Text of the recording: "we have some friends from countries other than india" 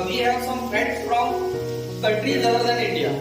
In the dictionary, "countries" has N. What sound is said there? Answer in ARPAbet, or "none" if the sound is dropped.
none